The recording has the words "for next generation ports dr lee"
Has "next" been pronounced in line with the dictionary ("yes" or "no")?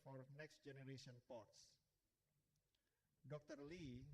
yes